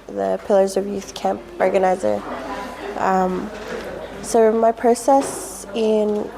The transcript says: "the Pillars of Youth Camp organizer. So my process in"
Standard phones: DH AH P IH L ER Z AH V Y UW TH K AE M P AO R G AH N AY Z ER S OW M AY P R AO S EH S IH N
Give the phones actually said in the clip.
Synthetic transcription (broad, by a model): DH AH P IH L ER Z AH V Y UW TH K AE M P AO R G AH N AY Z ER S OW M AY P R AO S EH S IH N